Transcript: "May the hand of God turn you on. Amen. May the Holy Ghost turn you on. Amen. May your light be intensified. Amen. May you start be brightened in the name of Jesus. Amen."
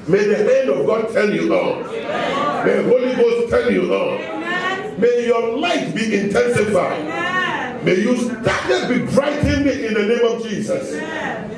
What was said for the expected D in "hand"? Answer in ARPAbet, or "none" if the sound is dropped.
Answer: D